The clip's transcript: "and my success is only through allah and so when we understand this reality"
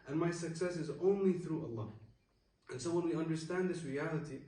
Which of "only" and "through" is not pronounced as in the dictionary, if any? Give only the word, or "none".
none